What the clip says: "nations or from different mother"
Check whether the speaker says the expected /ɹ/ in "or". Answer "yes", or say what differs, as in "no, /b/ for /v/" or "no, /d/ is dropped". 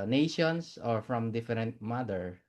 yes